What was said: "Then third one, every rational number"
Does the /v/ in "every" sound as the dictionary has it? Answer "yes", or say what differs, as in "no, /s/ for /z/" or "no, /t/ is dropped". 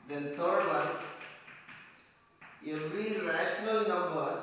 no, /v/ is dropped